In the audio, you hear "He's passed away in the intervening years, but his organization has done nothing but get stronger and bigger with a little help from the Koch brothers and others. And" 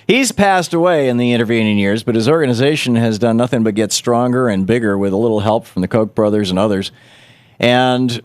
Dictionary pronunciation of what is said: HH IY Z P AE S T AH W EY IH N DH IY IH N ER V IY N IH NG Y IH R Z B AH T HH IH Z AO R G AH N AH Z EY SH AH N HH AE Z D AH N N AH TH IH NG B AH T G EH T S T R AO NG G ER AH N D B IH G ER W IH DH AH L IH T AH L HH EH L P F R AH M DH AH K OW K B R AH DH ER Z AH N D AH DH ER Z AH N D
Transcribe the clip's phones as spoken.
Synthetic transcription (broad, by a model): HH IY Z P AE S T AH W EY IH N DH IY IH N ER V IY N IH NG Y IH R Z B AH T HH IH Z AO R G AH N AH Z EY SH AH N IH Z D AH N N AH TH IH NG B AH T G EH T S T R AO NG G ER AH N B IH G ER W IH DH AH L IH T L HH EH L P F R AH M DH AH K OW K B R AH DH ER Z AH N AH DH ER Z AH N